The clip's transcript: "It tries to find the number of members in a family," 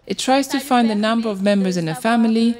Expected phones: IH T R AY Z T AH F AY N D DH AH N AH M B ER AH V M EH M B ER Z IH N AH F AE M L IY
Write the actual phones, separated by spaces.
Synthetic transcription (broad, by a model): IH T R AY Z T AH F AY N D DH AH N AH M B ER AH V M EH M B ER Z IH N AH F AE M L IY